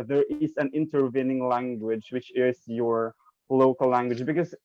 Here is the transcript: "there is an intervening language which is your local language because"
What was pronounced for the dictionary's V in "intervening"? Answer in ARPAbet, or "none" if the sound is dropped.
V